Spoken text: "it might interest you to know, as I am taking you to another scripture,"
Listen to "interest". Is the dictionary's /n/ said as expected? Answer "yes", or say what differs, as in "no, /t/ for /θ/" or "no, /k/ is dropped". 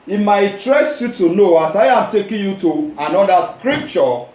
no, /n/ is dropped